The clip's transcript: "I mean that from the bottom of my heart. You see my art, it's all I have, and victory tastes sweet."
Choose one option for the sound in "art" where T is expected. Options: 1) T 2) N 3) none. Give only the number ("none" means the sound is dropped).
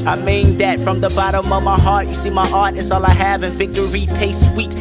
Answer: 1